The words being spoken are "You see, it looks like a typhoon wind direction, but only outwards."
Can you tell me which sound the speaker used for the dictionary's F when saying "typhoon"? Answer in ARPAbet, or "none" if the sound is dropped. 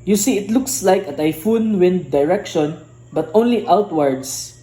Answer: F